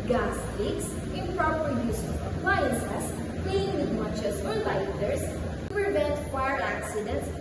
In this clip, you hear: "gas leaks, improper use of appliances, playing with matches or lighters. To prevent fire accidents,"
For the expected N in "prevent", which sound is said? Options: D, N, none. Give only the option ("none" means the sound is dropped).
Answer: N